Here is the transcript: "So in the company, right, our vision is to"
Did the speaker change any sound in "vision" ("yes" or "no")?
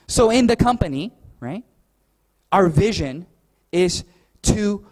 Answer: no